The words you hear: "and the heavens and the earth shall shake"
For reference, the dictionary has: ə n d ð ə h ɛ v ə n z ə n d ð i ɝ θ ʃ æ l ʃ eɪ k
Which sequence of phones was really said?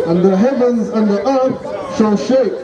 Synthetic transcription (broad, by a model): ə n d ð ə h ɛ v ə n z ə n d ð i ɝ θ ʃ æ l ʃ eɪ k